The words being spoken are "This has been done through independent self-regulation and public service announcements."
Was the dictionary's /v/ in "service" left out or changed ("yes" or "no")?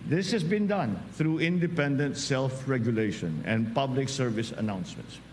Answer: no